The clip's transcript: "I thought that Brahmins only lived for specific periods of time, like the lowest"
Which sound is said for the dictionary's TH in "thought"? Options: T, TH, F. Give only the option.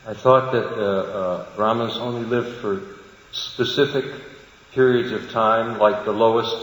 TH